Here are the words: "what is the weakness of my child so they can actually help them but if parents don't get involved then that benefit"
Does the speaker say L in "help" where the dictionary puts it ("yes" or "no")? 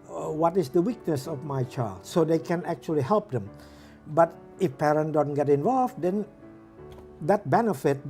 yes